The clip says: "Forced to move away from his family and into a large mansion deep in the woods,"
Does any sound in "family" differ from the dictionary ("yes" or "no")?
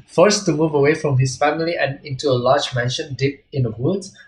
no